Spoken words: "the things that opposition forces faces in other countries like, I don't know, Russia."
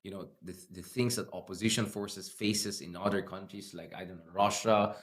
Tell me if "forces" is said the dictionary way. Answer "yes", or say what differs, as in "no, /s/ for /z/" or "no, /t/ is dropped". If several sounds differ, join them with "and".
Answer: no, /s/ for /z/